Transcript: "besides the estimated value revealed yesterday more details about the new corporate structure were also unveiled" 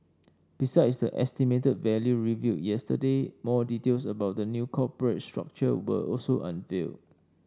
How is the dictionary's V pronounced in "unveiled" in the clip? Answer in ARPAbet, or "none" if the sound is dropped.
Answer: F